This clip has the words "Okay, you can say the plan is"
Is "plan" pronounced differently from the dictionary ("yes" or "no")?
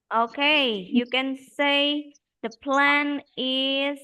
no